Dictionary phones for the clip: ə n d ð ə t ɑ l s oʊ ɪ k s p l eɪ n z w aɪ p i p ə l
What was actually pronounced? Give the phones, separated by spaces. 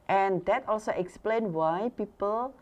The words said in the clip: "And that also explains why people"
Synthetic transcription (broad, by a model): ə n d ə t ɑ l s oʊ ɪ k s p l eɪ n w aɪ p i p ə l